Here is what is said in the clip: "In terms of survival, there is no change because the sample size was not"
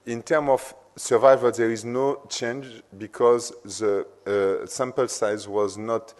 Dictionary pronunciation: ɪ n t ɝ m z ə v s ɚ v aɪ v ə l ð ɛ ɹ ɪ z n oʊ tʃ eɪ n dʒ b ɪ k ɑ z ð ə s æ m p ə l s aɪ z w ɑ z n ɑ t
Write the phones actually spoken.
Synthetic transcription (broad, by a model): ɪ n t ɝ m ə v s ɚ v aɪ v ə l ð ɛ ɹ ɪ z n oʊ tʃ eɪ n dʒ b ɪ k ɑ z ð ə s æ m p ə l s aɪ z w ɑ z n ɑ t